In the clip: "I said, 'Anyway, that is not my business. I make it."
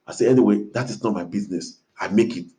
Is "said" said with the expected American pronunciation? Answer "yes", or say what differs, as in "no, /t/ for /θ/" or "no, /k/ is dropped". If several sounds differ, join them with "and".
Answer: no, /d/ is dropped